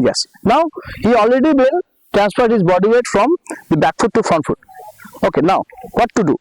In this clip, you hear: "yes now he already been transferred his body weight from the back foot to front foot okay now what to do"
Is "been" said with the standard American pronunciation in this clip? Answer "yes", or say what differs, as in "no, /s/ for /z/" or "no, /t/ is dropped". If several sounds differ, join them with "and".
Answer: no, /l/ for /n/